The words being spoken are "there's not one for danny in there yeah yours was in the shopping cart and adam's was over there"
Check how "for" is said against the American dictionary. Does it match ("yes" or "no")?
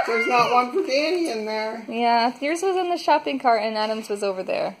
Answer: no